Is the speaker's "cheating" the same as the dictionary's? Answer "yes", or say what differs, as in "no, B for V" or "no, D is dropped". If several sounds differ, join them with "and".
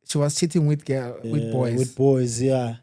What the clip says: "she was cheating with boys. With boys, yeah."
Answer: no, S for CH